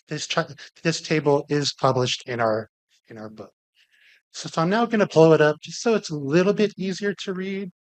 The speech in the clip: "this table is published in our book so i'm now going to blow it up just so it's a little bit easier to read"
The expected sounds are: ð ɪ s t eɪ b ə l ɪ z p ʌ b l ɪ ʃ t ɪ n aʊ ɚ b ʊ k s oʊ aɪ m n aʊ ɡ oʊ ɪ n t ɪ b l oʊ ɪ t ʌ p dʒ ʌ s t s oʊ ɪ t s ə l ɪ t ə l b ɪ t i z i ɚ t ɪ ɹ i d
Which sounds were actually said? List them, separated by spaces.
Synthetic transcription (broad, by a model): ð ɪ s t eɪ b l ɪ z p ʌ b l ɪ ʃ t ɪ n aʊ ɚ b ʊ k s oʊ aɪ m n aʊ ɡ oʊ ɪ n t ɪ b l oʊ ɪ t ʌ p dʒ ʌ s t s oʊ ɪ t s ə l ɪ t l b ɪ t i z i ɚ t ɪ ɹ i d